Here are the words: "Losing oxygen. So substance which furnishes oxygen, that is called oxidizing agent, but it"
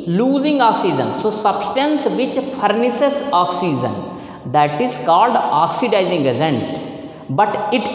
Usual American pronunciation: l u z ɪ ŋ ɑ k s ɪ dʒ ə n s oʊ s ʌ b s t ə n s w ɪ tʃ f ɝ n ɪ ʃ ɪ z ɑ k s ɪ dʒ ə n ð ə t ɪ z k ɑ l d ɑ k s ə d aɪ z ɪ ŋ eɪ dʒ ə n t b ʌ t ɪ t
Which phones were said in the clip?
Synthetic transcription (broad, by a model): l u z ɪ ŋ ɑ k s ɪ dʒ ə n s oʊ s ʌ b s t ə n s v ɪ tʃ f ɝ n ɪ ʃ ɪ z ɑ k s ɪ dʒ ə n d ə t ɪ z k ɑ l d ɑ k s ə d aɪ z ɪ ŋ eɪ z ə n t b ʌ t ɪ t